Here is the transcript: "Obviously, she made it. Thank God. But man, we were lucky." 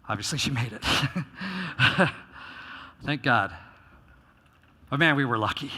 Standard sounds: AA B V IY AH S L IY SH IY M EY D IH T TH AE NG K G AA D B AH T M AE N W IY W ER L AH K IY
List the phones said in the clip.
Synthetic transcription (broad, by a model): AA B V IY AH S L IY SH IY M EY D IH T TH AE NG K G AA D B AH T M AE N W IY W ER L AH K IY